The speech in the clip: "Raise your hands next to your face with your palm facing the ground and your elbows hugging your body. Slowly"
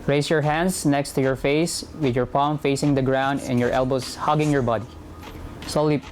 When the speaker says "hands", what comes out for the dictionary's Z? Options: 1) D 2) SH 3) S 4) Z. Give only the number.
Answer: 3